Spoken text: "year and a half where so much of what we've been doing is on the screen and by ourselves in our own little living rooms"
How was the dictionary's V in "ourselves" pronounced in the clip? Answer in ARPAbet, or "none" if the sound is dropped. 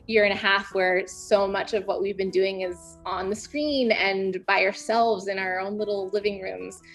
V